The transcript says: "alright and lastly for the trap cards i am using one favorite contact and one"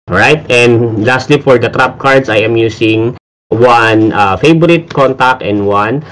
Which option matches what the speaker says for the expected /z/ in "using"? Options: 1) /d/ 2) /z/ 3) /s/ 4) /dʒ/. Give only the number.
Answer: 3